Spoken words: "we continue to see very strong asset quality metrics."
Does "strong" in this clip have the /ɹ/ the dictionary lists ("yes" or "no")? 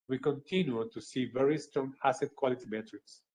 yes